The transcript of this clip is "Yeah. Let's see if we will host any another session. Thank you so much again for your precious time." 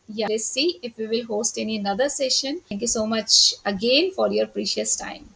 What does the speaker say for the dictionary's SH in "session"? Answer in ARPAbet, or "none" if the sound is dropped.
SH